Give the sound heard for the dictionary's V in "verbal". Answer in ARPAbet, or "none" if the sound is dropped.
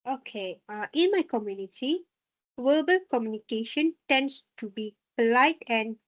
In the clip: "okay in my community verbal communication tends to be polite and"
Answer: W